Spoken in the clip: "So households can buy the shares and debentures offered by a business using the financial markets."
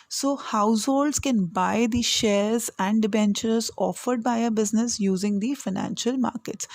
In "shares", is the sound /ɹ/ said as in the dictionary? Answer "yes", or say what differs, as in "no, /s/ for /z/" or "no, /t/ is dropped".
yes